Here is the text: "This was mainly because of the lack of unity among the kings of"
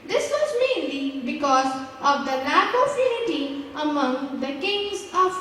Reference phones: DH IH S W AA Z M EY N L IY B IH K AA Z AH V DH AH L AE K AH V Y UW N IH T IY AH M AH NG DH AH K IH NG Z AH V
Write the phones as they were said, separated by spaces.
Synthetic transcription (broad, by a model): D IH S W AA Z M EY N L IY B IH K AA Z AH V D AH N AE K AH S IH L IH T IY AH M AH NG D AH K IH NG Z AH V